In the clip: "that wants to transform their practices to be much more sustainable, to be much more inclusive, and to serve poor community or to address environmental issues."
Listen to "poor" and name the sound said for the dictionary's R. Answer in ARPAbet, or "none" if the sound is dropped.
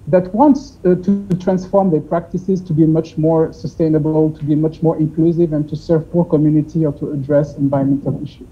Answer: R